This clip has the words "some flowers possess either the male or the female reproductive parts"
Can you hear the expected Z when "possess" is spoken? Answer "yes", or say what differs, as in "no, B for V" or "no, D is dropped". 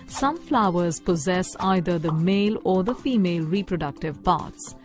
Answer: yes